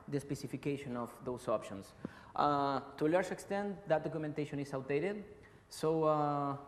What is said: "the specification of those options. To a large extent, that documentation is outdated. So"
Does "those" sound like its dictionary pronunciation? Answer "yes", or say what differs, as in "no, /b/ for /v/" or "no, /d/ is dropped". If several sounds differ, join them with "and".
no, /s/ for /z/